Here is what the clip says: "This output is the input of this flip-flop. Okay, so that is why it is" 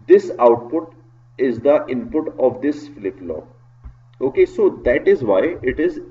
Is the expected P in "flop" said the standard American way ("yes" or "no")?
no